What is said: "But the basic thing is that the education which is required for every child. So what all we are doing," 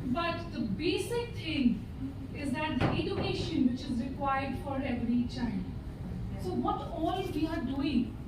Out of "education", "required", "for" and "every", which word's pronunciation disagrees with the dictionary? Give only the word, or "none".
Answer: none